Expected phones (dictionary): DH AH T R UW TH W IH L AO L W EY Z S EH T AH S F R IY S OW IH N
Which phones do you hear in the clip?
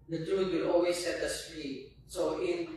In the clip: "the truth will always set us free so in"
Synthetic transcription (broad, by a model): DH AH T R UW T W IH L AO L W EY S EH T AH S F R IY S OW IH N